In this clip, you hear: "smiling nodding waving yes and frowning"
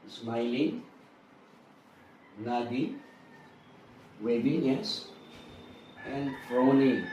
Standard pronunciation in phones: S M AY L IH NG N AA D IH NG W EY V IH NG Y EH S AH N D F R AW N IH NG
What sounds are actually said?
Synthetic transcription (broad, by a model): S M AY L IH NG N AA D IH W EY B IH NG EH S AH N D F R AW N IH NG